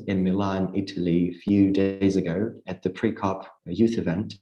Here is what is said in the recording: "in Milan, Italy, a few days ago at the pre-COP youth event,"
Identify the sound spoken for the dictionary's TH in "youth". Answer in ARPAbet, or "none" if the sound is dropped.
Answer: TH